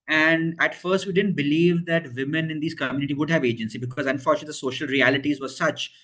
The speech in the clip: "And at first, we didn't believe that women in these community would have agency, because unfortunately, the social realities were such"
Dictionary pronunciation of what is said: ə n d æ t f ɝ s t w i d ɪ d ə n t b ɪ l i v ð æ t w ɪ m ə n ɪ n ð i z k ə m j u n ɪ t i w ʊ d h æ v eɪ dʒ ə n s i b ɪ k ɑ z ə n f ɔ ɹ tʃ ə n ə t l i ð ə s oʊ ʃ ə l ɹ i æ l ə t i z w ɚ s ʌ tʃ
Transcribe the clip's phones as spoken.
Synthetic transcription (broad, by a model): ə n d æ t f ɝ s t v i d ɪ d ə n t b ɪ l i v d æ t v ɪ m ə n ɪ n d i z k ə m j u n ɪ t i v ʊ d h æ v eɪ dʒ ə n s i b ɪ k ɑ z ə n f ɔ ɹ tʃ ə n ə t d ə s oʊ ʃ ə l ɹ i æ l ə t i z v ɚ s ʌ tʃ